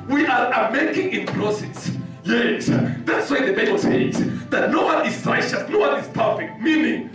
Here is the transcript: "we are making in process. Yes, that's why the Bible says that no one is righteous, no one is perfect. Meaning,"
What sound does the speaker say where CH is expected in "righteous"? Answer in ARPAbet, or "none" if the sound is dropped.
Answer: SH